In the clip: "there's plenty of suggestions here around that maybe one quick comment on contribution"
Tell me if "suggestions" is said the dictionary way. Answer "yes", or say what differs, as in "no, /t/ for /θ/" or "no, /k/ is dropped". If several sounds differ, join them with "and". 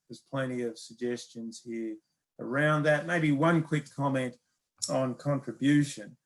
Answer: yes